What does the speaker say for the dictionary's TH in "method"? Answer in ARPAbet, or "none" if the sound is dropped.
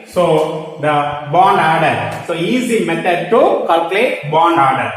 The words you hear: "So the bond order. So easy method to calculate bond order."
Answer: T